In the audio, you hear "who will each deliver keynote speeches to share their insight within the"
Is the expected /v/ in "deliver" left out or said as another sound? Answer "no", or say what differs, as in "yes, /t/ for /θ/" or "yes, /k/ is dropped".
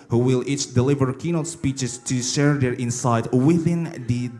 no